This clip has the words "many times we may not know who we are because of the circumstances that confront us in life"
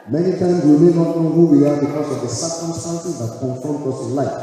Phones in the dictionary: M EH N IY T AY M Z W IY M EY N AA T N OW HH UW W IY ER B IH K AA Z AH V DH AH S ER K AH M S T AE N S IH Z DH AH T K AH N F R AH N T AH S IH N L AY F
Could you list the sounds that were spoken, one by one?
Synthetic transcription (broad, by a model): M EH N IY T AY M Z W IY M EY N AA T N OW HH UW W IY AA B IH K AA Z AH V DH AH S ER K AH M S T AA N S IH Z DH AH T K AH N F AO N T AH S IH N L AY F